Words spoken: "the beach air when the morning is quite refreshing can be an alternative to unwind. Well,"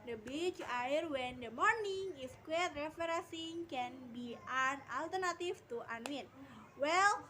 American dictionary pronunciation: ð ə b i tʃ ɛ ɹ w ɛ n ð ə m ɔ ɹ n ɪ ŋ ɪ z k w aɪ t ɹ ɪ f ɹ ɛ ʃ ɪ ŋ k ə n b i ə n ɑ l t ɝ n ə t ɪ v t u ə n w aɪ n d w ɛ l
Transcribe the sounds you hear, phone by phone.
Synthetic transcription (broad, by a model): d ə b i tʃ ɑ ɹ w ɛ n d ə m ɔ ɹ n ɪ ŋ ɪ s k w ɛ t ɹ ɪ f ɹ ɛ s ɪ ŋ k ə n b i ə n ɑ l t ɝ n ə t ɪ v t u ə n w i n w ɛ l